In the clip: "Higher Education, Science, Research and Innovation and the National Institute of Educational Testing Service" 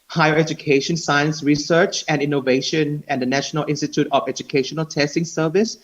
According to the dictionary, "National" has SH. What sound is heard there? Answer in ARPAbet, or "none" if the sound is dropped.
SH